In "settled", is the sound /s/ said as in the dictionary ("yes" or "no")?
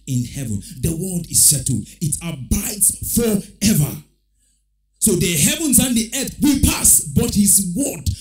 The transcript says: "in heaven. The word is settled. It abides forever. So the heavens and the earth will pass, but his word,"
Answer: no